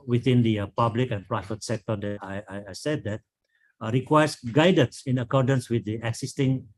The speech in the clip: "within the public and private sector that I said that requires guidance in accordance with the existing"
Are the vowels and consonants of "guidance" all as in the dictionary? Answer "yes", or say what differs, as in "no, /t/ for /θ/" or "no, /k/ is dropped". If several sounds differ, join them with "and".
yes